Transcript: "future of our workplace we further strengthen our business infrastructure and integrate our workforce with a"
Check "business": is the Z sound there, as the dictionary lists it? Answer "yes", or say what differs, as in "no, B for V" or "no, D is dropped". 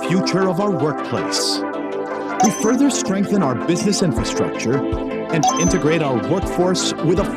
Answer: yes